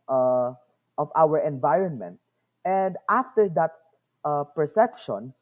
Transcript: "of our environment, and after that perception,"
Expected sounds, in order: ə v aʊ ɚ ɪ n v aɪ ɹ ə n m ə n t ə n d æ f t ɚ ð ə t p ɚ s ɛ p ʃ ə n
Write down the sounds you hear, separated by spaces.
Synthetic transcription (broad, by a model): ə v aʊ ɚ ɪ n v aɪ ɹ ə n m ə n t ə n d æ f t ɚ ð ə t p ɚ s ɛ p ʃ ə n